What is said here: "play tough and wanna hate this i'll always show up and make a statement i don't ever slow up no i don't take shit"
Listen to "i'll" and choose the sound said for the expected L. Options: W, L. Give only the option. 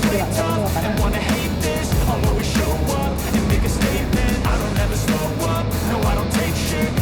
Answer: W